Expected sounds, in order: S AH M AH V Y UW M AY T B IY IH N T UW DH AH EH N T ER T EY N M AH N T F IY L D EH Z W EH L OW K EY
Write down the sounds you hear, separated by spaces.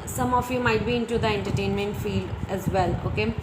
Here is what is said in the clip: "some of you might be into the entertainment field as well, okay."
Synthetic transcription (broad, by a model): S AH M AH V Y UW M AY T B IY IH N T UW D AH EH N T ER T EY N M AH N T F IY L D EH Z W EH L OW K EY